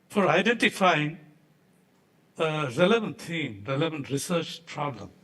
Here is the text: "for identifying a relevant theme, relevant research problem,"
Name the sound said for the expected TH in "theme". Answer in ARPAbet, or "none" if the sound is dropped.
T